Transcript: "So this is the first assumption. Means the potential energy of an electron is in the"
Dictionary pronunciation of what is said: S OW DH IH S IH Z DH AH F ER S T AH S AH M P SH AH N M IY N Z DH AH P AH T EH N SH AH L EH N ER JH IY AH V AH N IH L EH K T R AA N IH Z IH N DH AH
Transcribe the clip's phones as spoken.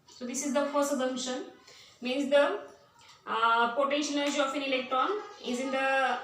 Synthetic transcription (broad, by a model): S OW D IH S IH Z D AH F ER S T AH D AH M SH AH N M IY N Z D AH P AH T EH N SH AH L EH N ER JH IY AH F AH N IH L EH K T R AA N IH Z IH N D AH